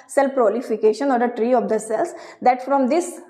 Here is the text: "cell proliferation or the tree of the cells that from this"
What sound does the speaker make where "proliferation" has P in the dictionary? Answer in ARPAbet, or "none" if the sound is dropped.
F